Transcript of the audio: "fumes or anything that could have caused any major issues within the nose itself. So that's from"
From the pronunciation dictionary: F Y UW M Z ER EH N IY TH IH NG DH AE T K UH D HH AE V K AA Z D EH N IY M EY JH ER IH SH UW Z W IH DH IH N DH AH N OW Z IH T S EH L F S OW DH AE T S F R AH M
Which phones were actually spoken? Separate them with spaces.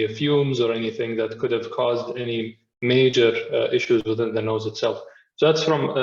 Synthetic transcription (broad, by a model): F Y UW M Z ER EH N IY TH IH NG DH AE T K UH D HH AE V K AA Z D EH N IY M EY JH ER IH SH UW Z W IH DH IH N DH AH N OW Z IH T S EH L F S OW DH AE T S F R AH M